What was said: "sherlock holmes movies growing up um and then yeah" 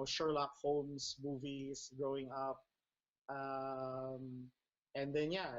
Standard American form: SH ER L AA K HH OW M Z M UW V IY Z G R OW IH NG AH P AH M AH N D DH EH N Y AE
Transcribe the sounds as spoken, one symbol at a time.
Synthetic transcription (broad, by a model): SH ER L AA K HH OW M S M UW V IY S G R OW IH NG AH P AH M AH N D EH N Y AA